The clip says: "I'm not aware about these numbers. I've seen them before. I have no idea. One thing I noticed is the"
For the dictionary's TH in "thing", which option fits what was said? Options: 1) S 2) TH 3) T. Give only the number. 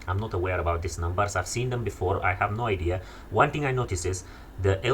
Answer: 3